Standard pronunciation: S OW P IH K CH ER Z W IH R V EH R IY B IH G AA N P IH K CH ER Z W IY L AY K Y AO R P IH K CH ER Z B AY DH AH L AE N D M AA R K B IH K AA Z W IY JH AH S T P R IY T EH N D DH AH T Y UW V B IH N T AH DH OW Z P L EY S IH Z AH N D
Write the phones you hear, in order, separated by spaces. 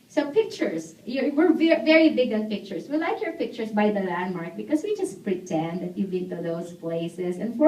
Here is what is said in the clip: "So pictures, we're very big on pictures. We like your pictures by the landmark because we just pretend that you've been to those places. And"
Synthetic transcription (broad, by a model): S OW P IH K CH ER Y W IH R V EH R IY B IH G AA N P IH K CH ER S W IY L AY K Y AO R P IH K CH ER S B AY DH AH L AE N D M AA R K B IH K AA S W IY JH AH S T P R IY T EH N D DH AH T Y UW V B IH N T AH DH OW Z P L EY S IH S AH N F